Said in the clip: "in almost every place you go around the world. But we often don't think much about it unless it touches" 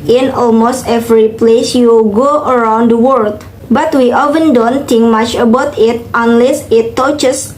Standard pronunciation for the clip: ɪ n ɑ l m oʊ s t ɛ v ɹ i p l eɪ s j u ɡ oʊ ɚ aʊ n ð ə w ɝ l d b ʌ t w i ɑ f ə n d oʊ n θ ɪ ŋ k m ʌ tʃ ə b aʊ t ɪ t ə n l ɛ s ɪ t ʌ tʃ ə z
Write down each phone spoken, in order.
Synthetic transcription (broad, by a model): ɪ n ɑ l m oʊ s t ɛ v ɹ i p l eɪ s j u ɡ oʊ ɚ aʊ n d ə w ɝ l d b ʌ t w i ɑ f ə n d oʊ n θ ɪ ŋ k m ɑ tʃ ə b aʊ t ɪ t ə n l ɛ s ɪ t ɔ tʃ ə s